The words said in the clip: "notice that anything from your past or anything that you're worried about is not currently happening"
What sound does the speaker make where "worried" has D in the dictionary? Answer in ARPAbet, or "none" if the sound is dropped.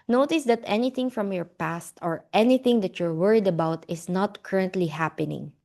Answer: D